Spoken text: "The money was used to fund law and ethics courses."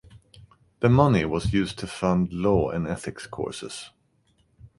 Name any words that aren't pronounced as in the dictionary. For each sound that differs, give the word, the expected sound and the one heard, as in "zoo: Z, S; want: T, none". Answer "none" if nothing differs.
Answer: none